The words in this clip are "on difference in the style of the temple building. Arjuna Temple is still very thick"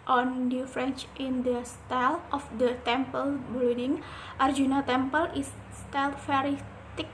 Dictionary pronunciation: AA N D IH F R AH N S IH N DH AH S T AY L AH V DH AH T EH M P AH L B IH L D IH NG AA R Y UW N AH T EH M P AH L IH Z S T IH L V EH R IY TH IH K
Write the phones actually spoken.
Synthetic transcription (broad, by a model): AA N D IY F R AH N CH IH N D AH S T AY L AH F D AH T EH M P AH L B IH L D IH NG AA R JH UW N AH T EH M P AH L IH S S T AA L F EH R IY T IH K